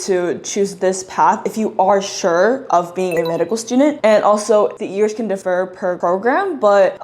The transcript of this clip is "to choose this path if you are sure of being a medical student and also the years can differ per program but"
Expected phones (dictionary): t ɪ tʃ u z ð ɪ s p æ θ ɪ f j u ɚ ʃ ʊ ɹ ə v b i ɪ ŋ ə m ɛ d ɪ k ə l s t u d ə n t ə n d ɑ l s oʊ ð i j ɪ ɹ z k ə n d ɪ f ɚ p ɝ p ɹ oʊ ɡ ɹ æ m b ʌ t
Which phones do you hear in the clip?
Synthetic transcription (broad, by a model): t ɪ tʃ u z ð ɪ s p æ θ ɪ f j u ɚ ʃ ʊ ɹ ə v b i ɪ ŋ ə m ɛ d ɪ k l s t u d n t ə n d ɑ l s oʊ ð i j ɪ ɹ z k ə n d ɪ f ɚ p ɝ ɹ oʊ ɡ ɹ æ m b ʌ t